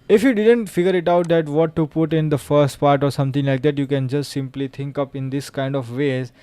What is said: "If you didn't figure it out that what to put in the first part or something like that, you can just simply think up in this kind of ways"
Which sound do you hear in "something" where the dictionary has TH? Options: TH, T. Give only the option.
T